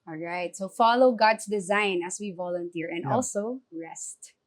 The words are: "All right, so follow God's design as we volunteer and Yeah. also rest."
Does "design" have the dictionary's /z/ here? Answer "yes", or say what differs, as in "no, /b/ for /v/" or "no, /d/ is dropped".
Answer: yes